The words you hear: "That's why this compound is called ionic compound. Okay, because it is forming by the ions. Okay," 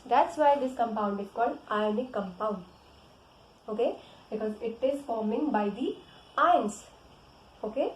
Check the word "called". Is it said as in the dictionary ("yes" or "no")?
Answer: no